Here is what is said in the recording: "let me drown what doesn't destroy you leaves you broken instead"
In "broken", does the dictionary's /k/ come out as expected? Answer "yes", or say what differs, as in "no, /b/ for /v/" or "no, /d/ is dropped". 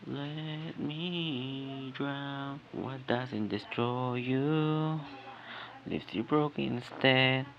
no, /k/ is dropped